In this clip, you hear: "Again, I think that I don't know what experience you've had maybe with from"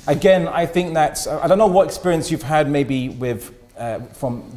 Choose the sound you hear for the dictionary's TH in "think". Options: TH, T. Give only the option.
TH